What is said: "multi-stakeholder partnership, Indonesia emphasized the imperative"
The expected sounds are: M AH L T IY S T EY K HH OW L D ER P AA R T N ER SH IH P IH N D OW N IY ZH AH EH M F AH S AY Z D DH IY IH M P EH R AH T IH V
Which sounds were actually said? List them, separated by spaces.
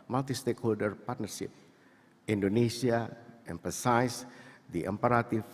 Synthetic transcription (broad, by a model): M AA L T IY S T EY K HH OW L D ER P AA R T N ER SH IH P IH N D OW N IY S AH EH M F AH S AY S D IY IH M P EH R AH T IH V